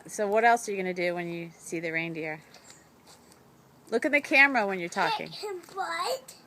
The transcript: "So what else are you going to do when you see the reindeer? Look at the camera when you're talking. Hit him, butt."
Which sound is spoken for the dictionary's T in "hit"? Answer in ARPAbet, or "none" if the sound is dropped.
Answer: none